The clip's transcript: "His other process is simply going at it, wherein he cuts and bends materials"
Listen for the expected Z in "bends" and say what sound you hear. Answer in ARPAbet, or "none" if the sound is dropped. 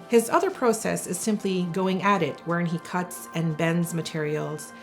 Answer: Z